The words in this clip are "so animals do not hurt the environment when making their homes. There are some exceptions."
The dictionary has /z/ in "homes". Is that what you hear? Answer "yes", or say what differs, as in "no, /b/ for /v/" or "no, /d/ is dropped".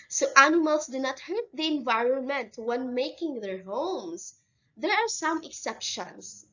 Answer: no, /s/ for /z/